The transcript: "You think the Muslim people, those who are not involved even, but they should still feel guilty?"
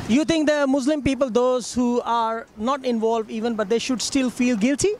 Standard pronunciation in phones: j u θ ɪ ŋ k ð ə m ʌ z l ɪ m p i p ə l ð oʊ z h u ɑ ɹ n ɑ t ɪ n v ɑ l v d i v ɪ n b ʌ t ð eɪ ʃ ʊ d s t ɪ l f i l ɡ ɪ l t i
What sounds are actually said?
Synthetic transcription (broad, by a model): j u t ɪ ŋ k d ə m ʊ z l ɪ m p i p ə l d oʊ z h u ɑ ɹ n ɑ t ɪ n v ɑ l v d i v ɪ n b ʌ t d eɪ ʃ ʊ d s t ɪ l f i l ɡ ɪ l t i